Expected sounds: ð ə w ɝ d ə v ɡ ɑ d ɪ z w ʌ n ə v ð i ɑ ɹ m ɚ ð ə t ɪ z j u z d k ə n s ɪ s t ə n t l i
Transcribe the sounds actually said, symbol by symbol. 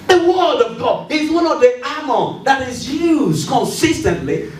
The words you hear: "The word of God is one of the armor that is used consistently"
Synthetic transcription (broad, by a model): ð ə w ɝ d ə v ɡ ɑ ɪ z w ʌ n ə v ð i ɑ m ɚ ð ə t ɪ z j u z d k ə n s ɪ s t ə n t l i